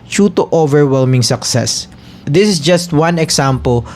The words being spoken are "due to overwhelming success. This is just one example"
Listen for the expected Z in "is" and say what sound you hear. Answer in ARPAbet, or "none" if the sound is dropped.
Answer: S